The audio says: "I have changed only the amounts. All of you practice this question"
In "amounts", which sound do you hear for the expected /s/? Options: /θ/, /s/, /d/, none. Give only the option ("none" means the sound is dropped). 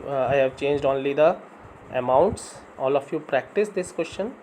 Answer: /s/